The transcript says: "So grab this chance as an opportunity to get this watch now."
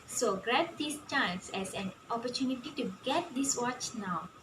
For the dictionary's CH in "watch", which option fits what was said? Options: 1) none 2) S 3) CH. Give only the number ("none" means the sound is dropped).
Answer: 3